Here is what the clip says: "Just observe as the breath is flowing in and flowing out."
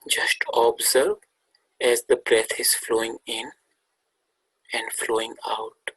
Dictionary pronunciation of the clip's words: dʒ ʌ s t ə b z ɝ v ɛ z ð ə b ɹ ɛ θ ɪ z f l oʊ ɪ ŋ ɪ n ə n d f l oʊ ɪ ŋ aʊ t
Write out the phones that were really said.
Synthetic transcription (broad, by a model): dʒ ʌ s t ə b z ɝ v ɛ z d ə b ɹ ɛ t ɪ z f l oʊ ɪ ŋ ɪ n ə n d f l oʊ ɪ ŋ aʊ t